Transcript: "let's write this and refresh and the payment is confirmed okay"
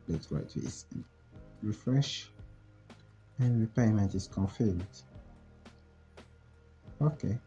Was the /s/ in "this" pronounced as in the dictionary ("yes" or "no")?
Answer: no